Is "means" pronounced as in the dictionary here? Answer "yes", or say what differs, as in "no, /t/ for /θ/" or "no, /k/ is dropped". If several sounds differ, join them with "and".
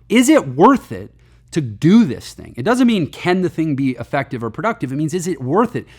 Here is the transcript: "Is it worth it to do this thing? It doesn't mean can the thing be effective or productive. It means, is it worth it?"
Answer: yes